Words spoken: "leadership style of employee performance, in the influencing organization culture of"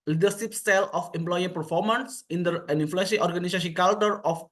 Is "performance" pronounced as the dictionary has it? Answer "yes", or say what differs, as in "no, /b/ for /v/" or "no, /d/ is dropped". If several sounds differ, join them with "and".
yes